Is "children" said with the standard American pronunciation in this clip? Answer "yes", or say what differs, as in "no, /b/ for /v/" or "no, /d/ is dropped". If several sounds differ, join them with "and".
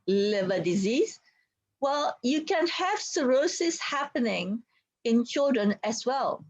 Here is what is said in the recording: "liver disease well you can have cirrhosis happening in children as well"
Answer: yes